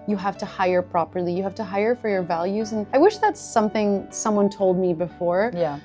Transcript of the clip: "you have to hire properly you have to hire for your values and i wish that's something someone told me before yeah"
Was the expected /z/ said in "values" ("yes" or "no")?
yes